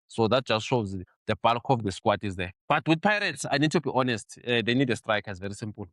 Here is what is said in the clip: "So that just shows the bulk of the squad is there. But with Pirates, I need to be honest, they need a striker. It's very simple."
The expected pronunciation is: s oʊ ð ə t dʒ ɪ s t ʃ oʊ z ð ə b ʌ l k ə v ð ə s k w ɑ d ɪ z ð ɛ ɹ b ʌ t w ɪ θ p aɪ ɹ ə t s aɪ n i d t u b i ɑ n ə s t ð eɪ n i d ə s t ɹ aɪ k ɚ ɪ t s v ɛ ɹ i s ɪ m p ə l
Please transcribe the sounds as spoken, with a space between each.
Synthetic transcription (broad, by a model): s oʊ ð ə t dʒ ɪ s t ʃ oʊ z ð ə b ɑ l k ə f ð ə s k w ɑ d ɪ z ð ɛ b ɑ t w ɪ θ p aɪ ɹ ə t s aɪ n i d t u b i ɑ n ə s t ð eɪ n i d ə s t ɹ aɪ k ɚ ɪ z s v ɛ ɹ i s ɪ m p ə l